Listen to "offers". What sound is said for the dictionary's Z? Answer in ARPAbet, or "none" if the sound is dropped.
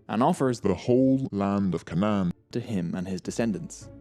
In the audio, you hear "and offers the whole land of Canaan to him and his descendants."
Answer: Z